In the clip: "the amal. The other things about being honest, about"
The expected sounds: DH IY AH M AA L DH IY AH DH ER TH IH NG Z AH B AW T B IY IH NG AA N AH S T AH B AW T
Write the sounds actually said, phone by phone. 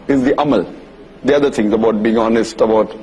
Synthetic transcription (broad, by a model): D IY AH M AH L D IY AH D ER T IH NG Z AH B AW T B IY IH NG AA N AH S T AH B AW T